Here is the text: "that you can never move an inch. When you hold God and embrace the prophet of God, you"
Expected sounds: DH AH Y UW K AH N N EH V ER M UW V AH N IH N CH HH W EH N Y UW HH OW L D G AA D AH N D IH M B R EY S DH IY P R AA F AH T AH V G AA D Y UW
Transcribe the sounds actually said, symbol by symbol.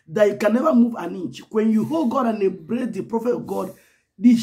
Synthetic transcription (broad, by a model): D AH Y UW K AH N N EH V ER M UW V AH N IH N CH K W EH N Y UW HH OW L G AA D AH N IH B R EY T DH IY P R AA F AH T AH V G AA D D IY